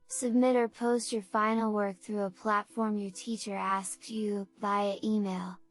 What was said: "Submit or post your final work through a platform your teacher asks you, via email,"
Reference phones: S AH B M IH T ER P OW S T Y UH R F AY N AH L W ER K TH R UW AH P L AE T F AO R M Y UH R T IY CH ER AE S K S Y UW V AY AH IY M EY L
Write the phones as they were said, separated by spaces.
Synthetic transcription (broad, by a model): S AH B M IH T ER P OW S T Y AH R F AY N L W ER K TH R UW AH P L AE T F AO R M Y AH R T IY CH ER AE S K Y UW B AY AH IY M EY L